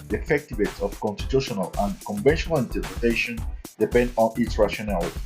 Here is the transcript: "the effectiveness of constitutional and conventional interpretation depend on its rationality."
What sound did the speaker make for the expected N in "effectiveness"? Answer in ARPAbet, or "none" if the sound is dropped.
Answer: none